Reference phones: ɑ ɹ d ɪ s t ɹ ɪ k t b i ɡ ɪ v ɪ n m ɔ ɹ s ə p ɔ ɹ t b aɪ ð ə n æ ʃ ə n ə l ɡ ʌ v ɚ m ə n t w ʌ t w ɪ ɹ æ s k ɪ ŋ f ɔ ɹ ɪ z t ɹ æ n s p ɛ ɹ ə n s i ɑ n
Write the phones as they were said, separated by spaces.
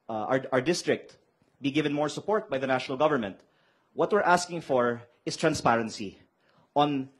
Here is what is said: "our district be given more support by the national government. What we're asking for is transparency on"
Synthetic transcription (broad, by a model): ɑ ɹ d ɪ s t ɹ ɪ k t b i ɡ ɪ v ɪ n m ɔ ɹ s ə p ɔ ɹ t b aɪ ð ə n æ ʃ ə n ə l ɡ ʌ v ɚ m ə n t w ʌ t w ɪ ɹ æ s k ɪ ŋ f ɔ ɹ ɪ s t ɹ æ n s p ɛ ɹ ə n s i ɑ n